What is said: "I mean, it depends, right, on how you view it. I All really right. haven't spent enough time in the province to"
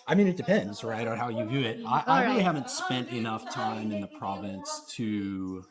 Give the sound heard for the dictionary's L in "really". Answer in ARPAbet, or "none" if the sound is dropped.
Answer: none